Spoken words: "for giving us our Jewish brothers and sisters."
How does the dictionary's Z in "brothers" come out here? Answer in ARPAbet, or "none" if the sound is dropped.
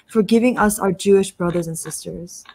Z